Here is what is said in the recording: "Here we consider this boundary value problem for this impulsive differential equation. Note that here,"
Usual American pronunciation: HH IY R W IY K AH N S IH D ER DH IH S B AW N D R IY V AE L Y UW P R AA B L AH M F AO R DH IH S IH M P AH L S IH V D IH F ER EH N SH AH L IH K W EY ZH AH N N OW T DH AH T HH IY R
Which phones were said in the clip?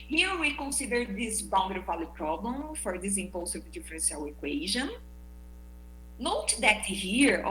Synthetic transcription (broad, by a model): HH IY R W IY K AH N S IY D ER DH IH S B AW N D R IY P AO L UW P R AA B L AH M F AO R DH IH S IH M P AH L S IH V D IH F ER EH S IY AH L IH K W EY ZH AH N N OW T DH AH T HH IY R